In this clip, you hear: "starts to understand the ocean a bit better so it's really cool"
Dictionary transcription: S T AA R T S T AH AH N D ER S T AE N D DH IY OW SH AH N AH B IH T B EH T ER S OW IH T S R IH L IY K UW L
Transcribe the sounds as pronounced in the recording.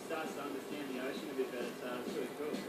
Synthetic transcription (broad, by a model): S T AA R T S T AH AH N D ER S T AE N DH IY OW SH AH N AH B IH T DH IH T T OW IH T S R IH IY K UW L